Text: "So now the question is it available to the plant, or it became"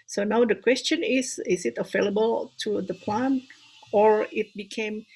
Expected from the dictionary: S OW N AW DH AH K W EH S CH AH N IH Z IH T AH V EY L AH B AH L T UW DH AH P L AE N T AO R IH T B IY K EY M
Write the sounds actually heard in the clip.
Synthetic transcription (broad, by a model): S OW N AW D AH K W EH S CH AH N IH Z IH T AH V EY L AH B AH L T UW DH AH P L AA N AO R IH T B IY K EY M